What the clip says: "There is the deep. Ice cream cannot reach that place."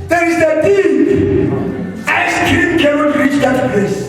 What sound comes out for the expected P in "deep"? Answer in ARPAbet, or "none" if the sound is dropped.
none